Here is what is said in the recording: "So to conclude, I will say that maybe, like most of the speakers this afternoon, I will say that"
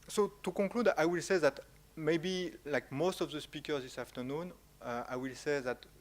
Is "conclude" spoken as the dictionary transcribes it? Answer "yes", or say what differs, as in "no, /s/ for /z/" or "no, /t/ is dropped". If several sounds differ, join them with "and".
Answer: no, /n/ is dropped